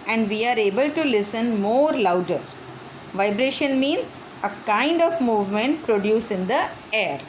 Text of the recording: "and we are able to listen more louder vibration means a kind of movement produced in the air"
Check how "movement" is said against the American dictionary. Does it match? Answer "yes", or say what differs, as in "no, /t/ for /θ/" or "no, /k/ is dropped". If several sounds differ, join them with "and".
yes